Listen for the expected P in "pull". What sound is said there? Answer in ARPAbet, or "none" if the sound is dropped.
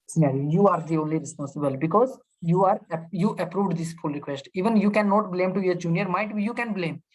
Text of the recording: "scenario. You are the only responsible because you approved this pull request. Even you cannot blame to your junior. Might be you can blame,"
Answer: F